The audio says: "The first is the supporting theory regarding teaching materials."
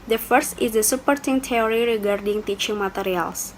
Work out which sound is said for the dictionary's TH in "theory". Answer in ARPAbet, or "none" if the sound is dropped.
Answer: T